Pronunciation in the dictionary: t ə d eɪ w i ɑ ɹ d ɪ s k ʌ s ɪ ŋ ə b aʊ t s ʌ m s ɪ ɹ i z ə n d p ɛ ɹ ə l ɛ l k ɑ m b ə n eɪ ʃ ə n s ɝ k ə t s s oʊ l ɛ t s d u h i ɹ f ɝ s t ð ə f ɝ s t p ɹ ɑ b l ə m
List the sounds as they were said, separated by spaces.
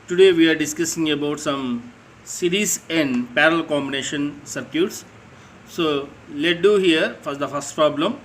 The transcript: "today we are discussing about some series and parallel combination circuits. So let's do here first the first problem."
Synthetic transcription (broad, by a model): t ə d eɪ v i ɑ ɹ d ɪ s k ʌ s ɪ ŋ ə b aʊ t s ʌ m s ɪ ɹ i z ə n d p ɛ ɹ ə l l k ɑ m b ə n eɪ ʃ ə n s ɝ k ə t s s oʊ l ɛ t d u h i ɹ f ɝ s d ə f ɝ s t p ɹ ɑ b l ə m